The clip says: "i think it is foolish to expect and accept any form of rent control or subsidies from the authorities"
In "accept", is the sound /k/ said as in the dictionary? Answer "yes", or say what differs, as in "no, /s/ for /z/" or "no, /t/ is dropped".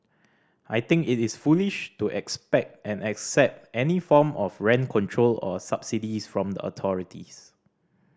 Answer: yes